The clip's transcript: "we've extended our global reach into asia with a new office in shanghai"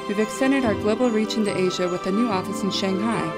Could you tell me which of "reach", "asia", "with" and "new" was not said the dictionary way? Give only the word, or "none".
none